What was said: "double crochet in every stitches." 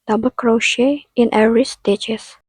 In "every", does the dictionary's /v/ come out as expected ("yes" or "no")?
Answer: no